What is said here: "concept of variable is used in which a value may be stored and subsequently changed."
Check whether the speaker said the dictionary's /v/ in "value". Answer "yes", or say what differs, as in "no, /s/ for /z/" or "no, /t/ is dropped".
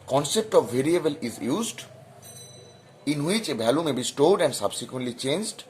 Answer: no, /b/ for /v/